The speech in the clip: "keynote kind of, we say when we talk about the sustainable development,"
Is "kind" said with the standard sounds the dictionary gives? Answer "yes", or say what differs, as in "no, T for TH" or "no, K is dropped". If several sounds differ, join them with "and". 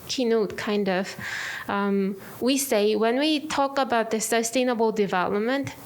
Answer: yes